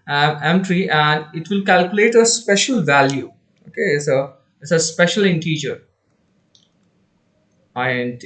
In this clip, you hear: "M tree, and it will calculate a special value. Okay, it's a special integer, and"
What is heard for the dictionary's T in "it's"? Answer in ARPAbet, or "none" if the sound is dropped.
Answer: S